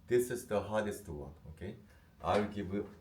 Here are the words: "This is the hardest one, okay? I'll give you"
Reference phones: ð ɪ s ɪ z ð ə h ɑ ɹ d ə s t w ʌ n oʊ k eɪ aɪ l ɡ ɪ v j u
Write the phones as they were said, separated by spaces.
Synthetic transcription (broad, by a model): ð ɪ s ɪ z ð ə h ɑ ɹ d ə s t w ʌ n oʊ k eɪ aɪ w ɡ ɪ v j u